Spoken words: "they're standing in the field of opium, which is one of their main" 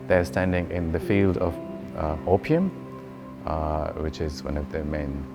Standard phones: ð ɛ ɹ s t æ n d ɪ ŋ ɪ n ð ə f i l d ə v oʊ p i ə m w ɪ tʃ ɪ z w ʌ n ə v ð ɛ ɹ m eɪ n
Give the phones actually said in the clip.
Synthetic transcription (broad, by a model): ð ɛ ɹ s t æ n d ɪ ŋ ɪ n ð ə f i l d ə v oʊ p i ə m w ɪ tʃ ɪ z w ʌ n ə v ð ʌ m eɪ n